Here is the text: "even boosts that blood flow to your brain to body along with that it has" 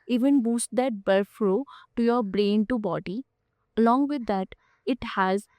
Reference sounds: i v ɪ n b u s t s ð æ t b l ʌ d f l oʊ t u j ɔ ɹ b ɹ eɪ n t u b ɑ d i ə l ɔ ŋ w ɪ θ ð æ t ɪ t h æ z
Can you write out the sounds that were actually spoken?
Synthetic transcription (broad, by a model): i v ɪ n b u s t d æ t b ʌ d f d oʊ t u j ɔ ɹ b ɹ eɪ n t u b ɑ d i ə l ɔ ŋ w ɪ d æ t ɪ t h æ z